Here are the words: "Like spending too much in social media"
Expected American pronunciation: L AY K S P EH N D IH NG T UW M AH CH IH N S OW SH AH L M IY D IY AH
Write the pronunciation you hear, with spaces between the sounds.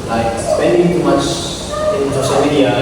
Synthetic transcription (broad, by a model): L AY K S P EH N D IH NG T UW M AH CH IH N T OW S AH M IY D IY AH